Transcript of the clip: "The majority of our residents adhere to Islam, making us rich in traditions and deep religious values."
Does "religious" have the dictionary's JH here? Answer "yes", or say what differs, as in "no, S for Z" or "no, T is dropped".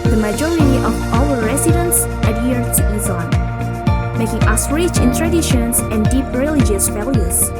yes